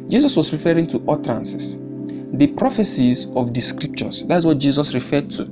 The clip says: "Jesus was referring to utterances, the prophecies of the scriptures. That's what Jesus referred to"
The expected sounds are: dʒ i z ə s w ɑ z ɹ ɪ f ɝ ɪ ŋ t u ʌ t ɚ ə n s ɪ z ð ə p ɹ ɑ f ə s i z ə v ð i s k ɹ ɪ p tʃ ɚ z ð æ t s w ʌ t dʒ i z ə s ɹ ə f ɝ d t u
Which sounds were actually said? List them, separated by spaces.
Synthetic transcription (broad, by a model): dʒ i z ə s w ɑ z ɹ ɪ f ɝ ɪ ŋ t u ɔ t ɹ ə n s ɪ s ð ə p ɹ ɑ f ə s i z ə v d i s k ɹ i p ʃ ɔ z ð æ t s w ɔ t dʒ i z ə s ɹ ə f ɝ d t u